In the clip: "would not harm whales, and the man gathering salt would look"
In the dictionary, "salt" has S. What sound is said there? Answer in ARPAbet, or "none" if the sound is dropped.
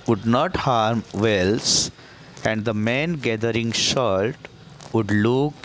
SH